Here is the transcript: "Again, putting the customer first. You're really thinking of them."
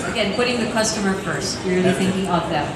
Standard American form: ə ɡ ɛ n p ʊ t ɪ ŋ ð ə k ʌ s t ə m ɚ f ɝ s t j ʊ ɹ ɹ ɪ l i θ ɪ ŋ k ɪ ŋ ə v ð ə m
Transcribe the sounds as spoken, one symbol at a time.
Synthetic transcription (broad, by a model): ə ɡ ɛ n p ʊ t ɪ ŋ ð ə k ʌ s t ə m ɚ f ɝ s t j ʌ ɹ ɹ ɪ l i θ ɪ ŋ k ɪ ŋ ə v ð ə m